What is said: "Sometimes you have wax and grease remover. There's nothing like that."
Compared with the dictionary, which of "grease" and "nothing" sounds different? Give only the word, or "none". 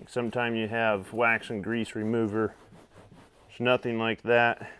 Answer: none